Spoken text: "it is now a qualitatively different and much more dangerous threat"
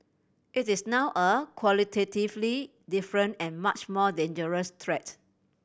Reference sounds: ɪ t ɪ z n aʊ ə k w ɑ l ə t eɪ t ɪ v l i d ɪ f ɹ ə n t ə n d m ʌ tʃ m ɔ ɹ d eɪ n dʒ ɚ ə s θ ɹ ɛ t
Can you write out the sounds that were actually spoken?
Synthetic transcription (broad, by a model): ɪ t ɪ s n aʊ ə k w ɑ l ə t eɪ t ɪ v l i d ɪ f ɹ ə n t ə n m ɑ tʃ m ɔ d eɪ n dʒ ɚ ə s t ɹ ɛ t